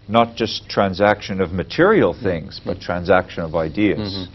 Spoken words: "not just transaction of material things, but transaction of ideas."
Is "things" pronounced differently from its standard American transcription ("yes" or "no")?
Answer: no